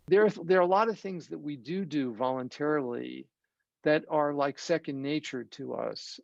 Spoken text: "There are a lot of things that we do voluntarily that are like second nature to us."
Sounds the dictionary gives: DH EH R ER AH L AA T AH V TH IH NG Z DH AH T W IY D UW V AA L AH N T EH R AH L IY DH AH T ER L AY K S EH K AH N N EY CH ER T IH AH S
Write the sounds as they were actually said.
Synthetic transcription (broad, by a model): DH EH R ER AH L AA T AH V TH IH NG Z DH AH T W IY D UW V AA L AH N T EH R L IY DH AH T ER L AY K S EH K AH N N EY CH ER T IH AH S